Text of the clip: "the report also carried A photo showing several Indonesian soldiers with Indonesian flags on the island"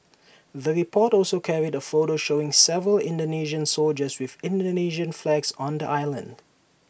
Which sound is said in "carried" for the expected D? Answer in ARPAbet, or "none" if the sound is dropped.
D